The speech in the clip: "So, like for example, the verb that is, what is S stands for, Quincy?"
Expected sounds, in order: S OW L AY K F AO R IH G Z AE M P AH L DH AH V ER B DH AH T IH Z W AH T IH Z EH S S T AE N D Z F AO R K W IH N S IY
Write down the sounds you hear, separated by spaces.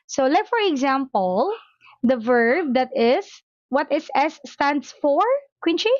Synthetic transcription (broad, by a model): S OW L AY K F AO R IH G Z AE M P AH L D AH V ER B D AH T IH S W AH T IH S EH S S T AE N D S F AO R K W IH N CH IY